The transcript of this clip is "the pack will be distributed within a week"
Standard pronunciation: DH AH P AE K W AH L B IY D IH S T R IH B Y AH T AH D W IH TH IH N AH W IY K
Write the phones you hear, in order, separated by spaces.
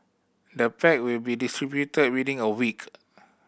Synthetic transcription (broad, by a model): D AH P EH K W AH L B IY D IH S T R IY B Y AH T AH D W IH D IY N AH W IY K